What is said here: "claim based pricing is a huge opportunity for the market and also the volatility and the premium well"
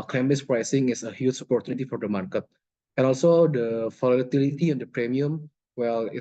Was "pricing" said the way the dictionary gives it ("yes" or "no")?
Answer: yes